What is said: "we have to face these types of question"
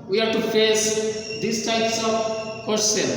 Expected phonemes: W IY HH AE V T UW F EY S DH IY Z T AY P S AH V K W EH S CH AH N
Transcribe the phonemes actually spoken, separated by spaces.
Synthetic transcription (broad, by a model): W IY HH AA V T UW F EY S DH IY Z T AY P S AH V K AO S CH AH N